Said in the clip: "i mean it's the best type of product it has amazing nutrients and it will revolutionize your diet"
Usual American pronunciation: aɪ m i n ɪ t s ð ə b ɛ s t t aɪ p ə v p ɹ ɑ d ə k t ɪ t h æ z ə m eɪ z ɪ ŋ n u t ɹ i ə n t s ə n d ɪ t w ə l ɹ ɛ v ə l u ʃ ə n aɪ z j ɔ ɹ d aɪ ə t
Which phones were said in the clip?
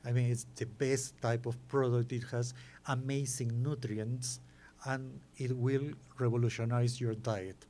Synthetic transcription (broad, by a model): aɪ m i n ɪ t s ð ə b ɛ s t t aɪ p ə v p ɹ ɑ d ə k t ɪ t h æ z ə m eɪ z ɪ ŋ n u t ɹ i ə n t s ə n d ɪ t w ə l ɹ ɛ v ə l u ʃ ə n aɪ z j ɔ ɹ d aɪ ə t